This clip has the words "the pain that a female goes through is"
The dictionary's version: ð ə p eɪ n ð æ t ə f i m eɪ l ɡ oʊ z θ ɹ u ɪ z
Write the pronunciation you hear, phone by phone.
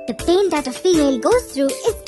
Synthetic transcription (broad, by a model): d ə p eɪ n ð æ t ə f i m eɪ l ɡ oʊ z t ɹ u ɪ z